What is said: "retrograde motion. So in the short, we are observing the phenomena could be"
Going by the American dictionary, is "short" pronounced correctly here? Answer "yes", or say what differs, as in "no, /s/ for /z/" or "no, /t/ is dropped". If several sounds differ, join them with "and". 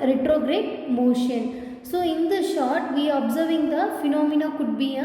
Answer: yes